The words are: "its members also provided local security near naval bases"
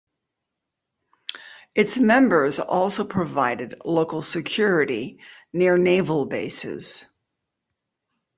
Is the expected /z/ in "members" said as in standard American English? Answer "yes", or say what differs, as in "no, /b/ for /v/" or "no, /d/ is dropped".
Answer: yes